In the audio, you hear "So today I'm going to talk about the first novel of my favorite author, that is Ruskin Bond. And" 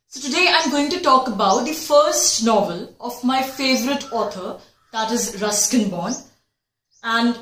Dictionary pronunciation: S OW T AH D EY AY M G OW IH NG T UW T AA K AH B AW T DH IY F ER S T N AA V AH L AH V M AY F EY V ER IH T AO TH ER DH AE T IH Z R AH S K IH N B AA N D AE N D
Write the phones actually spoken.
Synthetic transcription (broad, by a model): S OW T AH D EY AY M G OW IH NG T UW T AA K AH B AW T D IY F ER S T N AA V AH L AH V M AY F EY V ER IH T AO T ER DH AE T IH Z R AH S K IH N B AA N AE N D